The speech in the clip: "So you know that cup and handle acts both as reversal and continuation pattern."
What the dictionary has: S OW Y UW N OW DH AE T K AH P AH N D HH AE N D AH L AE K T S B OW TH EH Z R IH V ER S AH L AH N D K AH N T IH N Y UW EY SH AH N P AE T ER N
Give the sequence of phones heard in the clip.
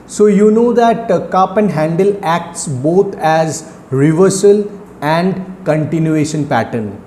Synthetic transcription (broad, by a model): S OW Y UW N OW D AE T K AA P AH N D HH AE N D AH L AE K T S B OW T EH Z R IH V ER S AH L AH N D K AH N T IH N Y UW EY SH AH N P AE T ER N